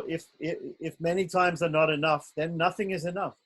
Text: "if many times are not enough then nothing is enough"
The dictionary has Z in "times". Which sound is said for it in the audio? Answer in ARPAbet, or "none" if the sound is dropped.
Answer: Z